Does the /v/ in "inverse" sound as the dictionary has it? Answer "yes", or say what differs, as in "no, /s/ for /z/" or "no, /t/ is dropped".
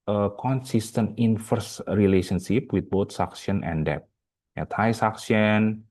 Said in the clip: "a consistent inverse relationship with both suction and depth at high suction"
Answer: no, /f/ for /v/